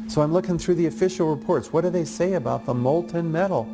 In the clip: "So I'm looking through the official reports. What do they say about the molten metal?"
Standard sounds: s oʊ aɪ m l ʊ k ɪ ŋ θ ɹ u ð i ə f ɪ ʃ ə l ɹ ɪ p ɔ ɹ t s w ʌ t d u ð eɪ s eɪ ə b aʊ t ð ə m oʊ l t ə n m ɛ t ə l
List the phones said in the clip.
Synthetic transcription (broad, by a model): s oʊ aɪ m l ʊ k ɪ ŋ θ ɹ u ð i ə f ɪ ʃ l ɹ ɪ p ɔ ɹ t s w ʌ t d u ð eɪ s eɪ ə b aʊ t ð ə m oʊ l t ə n m ɛ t l